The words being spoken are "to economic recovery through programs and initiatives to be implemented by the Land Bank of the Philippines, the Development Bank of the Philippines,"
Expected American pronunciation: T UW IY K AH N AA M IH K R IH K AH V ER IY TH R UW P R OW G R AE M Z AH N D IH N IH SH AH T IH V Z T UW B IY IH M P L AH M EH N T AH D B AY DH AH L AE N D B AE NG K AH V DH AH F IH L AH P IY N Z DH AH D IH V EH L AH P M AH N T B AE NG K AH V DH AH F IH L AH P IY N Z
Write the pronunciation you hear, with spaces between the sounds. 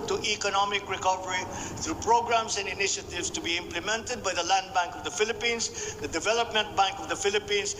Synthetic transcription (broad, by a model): T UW IY K AH N AA M IH K R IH K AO P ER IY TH R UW P R OW G R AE M S AH N D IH N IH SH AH T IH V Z T UW B IY IH M P L AH M EH N T AH D B AY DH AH L AE N D B AE NG K AH V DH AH F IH L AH P IY N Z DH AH D IH V EH L AH P M AH N T B AE NG K AH V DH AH F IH L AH P IY N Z